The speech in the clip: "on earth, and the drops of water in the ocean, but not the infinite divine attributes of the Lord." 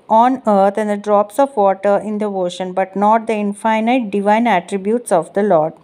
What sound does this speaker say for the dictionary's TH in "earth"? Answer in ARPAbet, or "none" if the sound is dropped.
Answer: T